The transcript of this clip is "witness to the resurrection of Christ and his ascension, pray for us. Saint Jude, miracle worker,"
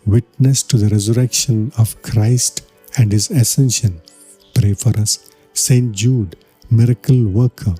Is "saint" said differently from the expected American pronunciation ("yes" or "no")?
no